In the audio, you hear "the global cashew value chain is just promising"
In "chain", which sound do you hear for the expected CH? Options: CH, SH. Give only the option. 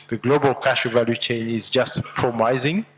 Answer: CH